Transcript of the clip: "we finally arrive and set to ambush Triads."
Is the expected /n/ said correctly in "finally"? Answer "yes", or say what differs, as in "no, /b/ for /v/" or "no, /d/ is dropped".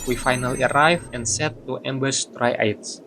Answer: yes